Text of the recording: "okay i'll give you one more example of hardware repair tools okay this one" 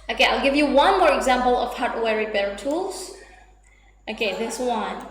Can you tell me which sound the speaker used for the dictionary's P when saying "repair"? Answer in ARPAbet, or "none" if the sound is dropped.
B